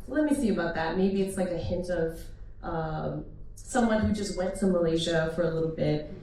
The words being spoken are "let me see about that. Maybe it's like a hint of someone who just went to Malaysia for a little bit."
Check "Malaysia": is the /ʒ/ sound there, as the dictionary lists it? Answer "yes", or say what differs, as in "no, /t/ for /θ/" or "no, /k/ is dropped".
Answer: yes